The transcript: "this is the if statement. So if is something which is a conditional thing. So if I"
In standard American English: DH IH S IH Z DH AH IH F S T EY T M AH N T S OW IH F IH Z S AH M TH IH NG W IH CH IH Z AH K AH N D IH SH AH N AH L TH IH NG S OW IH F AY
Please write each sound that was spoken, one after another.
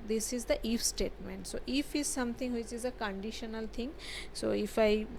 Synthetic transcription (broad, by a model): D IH S IH Z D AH IH F S T EY T M AH N T S OW IH F IH Z S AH M T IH NG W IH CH IH Z AH K AH N D IH SH AH N AH L T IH NG S OW IH F AY